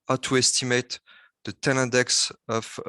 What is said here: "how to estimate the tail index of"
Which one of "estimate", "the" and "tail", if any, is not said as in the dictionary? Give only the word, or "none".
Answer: tail